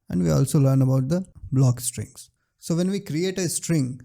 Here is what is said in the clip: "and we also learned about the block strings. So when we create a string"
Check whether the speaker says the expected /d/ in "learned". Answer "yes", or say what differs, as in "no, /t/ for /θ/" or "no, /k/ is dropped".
no, /d/ is dropped